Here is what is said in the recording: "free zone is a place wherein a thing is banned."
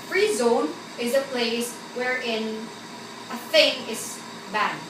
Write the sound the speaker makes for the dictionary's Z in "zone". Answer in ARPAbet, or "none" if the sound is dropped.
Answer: Z